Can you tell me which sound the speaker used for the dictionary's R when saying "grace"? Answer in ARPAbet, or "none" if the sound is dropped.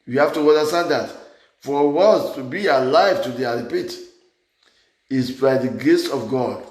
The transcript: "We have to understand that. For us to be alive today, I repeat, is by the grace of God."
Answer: none